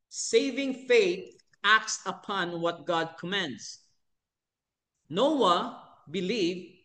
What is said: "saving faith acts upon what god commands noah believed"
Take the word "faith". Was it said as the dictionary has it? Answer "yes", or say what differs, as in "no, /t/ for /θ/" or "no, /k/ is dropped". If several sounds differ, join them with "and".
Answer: no, /t/ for /θ/